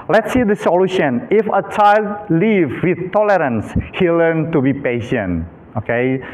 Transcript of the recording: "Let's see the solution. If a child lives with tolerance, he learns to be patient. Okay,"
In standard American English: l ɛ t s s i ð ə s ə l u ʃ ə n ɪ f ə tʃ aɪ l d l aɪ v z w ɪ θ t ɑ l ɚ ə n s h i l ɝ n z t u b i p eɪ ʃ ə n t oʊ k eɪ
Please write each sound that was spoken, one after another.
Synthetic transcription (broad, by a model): l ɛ t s s i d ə s ə l u ʃ ə n ɪ f ə tʃ aɪ l d l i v w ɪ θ t ɑ l ɚ ə n s h i l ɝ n t u b i p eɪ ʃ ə n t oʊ k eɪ